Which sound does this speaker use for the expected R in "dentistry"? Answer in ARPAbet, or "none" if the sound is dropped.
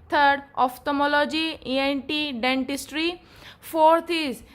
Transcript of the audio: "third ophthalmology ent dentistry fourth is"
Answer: R